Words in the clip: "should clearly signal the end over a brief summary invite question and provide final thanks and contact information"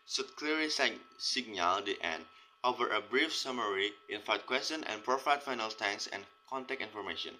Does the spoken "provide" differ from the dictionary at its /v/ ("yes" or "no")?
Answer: yes